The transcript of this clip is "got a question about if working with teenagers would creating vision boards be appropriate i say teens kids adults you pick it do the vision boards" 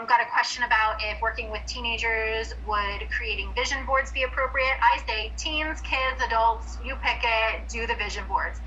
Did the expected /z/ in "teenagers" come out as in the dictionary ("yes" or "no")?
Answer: yes